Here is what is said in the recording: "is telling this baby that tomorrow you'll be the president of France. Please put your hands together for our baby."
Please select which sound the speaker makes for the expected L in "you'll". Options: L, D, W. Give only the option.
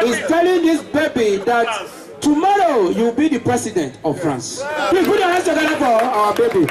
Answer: W